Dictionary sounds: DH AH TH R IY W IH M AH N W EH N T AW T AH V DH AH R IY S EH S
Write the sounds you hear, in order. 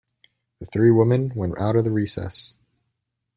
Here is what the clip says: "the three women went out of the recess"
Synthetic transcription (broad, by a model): DH AH TH R IY W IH M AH N W EH N T AW T AH V DH AH R IY S EH S